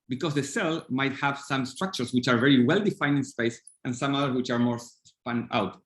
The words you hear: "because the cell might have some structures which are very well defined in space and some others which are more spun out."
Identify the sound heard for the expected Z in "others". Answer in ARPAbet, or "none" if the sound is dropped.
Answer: S